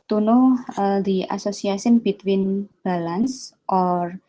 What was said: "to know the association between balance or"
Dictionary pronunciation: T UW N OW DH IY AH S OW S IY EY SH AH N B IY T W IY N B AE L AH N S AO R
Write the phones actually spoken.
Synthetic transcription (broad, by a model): T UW N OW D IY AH S OW S IY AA S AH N B IY T W IY N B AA L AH N S AO R